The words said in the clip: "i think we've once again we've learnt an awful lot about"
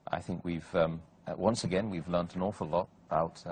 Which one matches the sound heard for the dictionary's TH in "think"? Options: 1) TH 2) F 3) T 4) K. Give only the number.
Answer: 1